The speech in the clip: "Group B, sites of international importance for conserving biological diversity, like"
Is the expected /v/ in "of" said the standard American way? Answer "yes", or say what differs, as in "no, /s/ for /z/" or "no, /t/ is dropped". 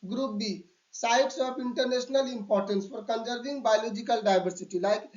no, /p/ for /v/